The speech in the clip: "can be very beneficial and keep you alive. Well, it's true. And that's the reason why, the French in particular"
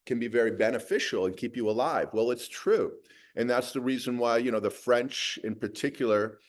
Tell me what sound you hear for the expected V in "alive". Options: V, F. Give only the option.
V